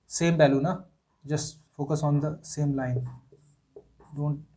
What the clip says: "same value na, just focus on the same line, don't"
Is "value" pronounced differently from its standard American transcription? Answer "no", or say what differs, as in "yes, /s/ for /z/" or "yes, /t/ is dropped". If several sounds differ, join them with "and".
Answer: yes, /b/ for /v/